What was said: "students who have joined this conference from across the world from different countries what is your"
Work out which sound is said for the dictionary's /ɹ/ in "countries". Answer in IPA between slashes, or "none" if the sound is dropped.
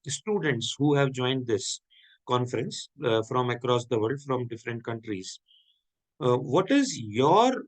/ɹ/